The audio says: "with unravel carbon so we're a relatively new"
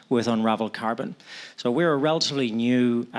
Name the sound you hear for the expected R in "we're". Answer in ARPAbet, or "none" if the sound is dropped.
R